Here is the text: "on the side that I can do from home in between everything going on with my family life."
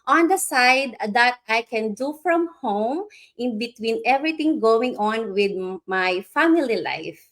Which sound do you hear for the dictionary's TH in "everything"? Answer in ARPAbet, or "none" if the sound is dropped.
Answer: T